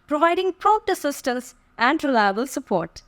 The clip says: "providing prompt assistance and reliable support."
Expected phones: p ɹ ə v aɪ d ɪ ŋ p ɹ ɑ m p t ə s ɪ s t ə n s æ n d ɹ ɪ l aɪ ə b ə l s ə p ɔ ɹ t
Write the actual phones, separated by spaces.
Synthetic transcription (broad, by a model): p ɹ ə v aɪ d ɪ ŋ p ɹ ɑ p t ə s ɪ s t ə n s æ n d ɹ ɪ l aɪ ə b ə l s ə p ɔ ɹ t